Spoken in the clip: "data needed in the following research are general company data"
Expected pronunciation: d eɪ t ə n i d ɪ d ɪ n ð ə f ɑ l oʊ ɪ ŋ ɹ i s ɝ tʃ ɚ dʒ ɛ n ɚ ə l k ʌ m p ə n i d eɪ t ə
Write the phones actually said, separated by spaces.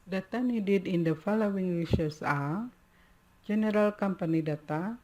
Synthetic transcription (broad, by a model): d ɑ t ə n i d ɪ d ɪ n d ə f ɑ l oʊ ɪ ŋ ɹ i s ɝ s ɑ dʒ ɛ n ɚ ə l k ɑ m p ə n i d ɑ t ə